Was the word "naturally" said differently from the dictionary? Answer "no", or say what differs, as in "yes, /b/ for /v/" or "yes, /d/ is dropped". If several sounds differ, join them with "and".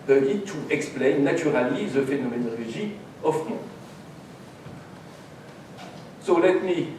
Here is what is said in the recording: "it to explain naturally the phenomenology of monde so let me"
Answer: yes, /tʃ/ is dropped